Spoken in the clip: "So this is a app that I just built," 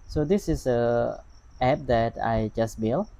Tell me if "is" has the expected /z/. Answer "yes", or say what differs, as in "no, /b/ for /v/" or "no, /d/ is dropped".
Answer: no, /s/ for /z/